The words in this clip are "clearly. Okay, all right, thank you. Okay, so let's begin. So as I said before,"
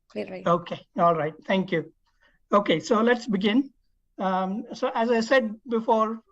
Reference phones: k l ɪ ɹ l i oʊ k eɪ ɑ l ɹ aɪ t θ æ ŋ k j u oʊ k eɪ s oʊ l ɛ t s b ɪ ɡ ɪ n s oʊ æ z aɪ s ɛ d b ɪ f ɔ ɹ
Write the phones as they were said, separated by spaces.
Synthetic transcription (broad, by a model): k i oʊ k eɪ ɑ l ɹ aɪ t t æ ŋ k j u oʊ k eɪ s oʊ l ɛ t s b ɪ ɡ ɪ n s oʊ æ z aɪ s ɛ d b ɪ f ɔ ɹ